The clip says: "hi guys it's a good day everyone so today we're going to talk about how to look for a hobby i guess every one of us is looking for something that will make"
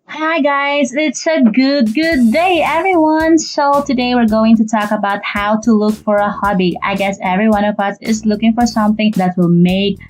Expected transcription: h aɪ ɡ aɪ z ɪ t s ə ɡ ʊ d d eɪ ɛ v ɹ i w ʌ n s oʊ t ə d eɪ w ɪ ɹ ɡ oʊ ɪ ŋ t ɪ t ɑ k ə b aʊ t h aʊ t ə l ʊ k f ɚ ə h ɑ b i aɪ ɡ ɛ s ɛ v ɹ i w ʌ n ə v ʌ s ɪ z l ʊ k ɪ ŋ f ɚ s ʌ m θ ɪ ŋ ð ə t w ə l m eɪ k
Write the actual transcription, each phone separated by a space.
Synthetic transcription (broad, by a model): h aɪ ɡ aɪ z ɪ t s ə ɡ ʊ d d eɪ ɛ v ɹ i w ʌ n s oʊ t ə d eɪ w ɪ ɹ ɡ oʊ ɪ ŋ t ɪ t ɑ k ə b aʊ t h aʊ t ə l ʊ k f ɚ ə h ɑ b i aɪ ɡ ɛ s ɛ v ɹ i w ʌ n ə v ʌ s ɪ z l ʊ k ɪ ŋ f ɚ s ʌ m θ ɪ ŋ ð ə t w ə l m eɪ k